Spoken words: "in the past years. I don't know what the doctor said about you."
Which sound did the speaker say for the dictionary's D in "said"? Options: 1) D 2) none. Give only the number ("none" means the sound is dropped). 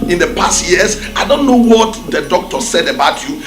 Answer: 1